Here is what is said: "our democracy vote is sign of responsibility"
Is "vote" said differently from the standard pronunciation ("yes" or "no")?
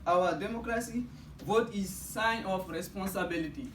no